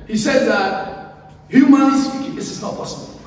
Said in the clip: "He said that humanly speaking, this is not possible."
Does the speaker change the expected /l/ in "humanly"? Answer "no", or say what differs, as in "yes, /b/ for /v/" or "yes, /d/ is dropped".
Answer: yes, /l/ is dropped